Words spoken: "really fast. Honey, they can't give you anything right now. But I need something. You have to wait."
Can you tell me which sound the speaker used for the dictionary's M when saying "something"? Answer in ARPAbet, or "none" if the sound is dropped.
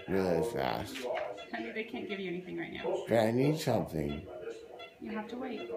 M